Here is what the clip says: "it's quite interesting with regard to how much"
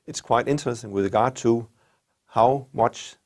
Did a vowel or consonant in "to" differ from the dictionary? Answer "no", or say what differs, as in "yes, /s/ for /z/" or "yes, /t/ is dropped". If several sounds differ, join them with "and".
no